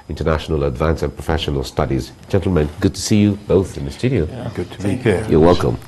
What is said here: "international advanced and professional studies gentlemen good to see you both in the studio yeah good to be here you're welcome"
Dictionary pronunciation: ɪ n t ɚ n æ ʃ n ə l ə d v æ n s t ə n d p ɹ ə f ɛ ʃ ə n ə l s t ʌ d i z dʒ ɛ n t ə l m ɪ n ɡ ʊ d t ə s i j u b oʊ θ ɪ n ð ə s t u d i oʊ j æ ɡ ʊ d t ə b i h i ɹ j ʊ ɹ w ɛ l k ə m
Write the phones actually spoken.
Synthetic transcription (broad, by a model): ɪ n t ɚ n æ ʃ n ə l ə d v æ n s ə n p ɹ ə f ɛ ʃ ə n ə l s t ʌ d i z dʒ ɛ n t l m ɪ n ɡ ʊ d t ə s i j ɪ b oʊ θ ɪ n ð ə s t u d i oʊ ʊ ɡ ʊ d t ə b i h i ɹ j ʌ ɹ w ɛ l k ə m